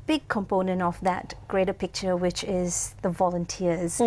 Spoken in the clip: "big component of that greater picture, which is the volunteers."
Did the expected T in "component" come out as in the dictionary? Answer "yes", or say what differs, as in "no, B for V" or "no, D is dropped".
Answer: yes